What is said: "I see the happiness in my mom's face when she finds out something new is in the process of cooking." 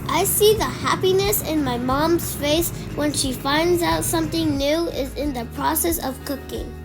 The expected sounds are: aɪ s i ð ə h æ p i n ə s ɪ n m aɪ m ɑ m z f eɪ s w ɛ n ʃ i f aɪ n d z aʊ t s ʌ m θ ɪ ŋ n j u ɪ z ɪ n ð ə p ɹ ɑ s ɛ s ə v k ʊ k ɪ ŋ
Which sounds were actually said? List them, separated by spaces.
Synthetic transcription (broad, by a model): aɪ s i ð ə h æ p i n ə s ɪ n m aɪ m ɑ m z f eɪ s w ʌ n ʃ i f aɪ n d z aʊ t s ʌ m θ ɪ ŋ n j u ɪ z ɪ n ð ə p ɹ ɑ s ɛ s ə v k ʊ k ɪ ŋ